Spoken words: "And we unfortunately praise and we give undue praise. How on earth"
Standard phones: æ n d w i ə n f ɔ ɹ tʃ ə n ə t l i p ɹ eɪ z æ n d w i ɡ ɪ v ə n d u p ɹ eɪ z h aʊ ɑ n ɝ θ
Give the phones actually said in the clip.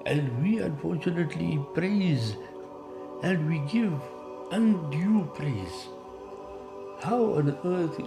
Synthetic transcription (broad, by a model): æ n d w i ə n f ɔ ɹ tʃ ə n ə t l i p ɹ eɪ z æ n d w i ɡ ɪ v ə n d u p ɹ eɪ z h aʊ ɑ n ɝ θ